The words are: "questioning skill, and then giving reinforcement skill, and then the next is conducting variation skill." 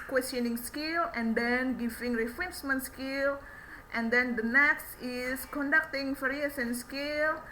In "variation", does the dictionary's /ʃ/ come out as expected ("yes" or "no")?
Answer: no